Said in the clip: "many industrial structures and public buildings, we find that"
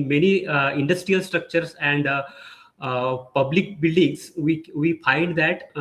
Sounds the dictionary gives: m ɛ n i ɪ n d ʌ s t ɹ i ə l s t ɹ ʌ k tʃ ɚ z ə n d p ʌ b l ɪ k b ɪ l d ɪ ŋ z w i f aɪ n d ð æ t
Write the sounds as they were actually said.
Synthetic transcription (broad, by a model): m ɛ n i ɪ n d ʌ s t ɹ i ə l s t ɹ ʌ k tʃ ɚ s ə n d p ʌ b l ɪ k b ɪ l d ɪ ŋ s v i f aɪ n d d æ t